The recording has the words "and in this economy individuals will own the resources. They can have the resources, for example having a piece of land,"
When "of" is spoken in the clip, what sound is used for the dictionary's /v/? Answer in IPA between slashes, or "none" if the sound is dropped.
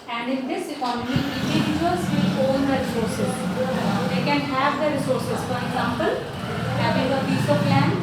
/p/